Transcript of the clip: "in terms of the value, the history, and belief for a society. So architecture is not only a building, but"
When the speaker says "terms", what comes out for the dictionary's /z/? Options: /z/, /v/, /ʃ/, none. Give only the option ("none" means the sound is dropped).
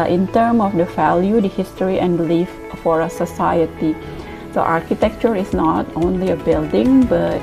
none